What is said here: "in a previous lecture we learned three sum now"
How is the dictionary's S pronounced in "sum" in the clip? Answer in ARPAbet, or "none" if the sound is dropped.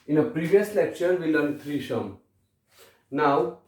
SH